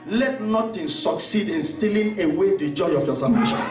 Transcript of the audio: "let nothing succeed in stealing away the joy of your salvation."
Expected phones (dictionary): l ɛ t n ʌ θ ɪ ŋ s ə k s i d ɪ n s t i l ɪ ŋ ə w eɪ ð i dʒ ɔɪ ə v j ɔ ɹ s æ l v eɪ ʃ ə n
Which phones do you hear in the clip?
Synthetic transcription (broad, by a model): l ɛ t n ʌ t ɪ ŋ s ə k s i d ɪ n s t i l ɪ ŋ ə w eɪ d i dʒ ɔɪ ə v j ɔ s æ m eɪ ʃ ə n